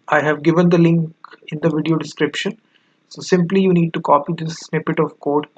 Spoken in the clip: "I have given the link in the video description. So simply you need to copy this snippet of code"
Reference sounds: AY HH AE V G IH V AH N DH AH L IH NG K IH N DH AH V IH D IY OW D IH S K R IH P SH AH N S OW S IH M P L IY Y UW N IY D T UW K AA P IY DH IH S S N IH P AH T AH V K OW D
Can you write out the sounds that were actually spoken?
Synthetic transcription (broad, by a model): AY HH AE V G IH V AH N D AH L IH NG K IH N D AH V IH D IY OW D IH S K R IH P SH AH N S OW S IH M P L IY Y UW N IY D T UW K AA P IY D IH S S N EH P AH T AH V K OW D